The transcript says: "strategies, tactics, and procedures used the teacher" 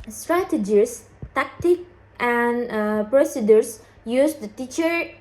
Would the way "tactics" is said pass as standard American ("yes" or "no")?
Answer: no